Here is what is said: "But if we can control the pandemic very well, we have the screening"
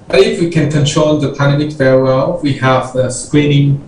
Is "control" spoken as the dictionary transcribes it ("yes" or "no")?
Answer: no